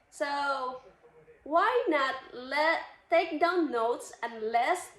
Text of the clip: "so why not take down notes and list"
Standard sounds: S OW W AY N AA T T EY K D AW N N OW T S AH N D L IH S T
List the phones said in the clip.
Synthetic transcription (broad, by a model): S OW W AY N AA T T EY K D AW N N OW T S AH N L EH S